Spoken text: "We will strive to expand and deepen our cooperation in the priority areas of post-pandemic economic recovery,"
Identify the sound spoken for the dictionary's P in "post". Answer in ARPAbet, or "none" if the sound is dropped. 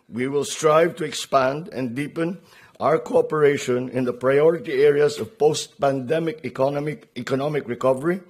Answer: P